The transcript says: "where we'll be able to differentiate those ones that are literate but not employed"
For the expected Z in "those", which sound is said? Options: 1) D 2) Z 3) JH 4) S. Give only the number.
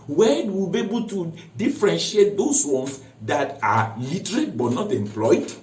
4